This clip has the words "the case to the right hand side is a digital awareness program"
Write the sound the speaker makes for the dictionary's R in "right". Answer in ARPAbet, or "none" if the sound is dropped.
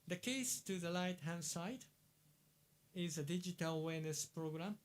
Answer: L